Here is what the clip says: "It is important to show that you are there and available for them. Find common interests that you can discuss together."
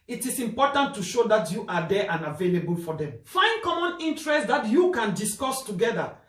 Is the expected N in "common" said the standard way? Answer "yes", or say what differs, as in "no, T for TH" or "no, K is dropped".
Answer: yes